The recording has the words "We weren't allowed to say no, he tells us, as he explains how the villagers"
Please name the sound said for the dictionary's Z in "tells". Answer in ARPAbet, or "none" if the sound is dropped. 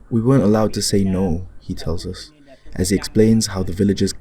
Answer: Z